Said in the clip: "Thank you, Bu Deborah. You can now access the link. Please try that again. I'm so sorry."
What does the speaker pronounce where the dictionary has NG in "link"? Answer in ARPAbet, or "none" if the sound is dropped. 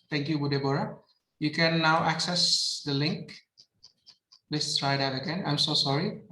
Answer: NG